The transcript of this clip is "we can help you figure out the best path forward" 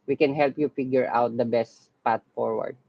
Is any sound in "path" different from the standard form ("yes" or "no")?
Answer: yes